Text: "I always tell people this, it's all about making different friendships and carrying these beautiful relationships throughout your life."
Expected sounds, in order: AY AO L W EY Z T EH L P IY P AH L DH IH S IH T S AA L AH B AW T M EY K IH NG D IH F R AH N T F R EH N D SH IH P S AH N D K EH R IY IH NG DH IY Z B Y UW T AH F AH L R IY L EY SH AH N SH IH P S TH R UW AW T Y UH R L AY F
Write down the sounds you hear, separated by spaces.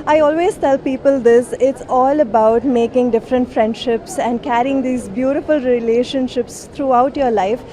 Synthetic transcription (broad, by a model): AY AO L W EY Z T EH L P IY P AH L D IH S IH T S AA L AH B AW T M EY K IH NG D IH F R AH N T F R EH N D SH IH P S AH N D K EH R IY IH NG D IY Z B Y UW T AH F AH L R IY L EY SH AH N SH IH P S T R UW AW T Y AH R L AY F